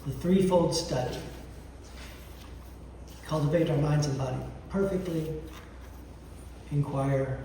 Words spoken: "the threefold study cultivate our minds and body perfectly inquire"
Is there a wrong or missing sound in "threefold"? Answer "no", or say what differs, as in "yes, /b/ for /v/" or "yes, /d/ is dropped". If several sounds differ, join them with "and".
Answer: no